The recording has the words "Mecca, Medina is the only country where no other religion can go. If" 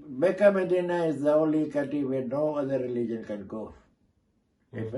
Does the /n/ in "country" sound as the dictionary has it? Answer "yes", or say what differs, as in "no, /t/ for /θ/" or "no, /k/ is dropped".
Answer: no, /n/ is dropped